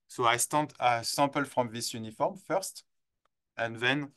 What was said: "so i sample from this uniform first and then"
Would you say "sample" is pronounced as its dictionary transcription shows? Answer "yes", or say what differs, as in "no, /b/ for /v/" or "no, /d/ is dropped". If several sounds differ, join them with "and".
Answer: yes